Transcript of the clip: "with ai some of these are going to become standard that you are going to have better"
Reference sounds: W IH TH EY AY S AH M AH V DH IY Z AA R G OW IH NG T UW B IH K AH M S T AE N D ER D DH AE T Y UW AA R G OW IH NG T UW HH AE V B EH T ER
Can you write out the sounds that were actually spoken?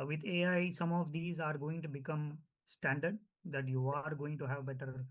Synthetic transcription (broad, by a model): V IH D EY AY S AH M AH V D IY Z AA R G OW IH NG T UW B IH K AH M S T AE N D ER D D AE T Y UW AA R G OW IH NG T UW HH AE V B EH T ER